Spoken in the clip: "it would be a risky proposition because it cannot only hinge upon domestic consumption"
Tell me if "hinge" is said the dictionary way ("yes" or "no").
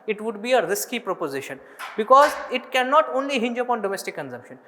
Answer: yes